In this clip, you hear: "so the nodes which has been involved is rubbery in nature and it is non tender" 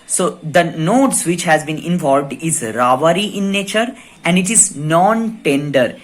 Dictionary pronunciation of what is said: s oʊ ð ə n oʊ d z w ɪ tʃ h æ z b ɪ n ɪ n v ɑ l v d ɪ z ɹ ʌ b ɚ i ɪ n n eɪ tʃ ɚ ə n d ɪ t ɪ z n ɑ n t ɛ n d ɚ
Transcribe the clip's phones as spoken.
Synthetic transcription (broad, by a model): s oʊ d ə n oʊ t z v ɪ tʃ h æ z b ɪ n ɪ n v ɑ l v d ɪ z ɹ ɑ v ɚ i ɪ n n eɪ tʃ ɚ ə n d ɪ t ɪ z n ɑ n t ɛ n d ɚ